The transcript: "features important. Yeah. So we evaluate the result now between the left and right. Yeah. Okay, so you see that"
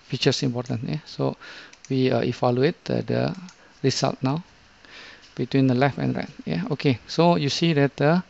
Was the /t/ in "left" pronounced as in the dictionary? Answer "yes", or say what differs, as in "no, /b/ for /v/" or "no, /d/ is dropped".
no, /t/ is dropped